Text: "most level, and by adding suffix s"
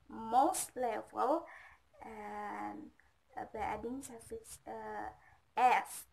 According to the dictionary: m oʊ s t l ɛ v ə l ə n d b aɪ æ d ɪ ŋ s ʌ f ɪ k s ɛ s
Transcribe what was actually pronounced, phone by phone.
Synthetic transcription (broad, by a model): m oʊ s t l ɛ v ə l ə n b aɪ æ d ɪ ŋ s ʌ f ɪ s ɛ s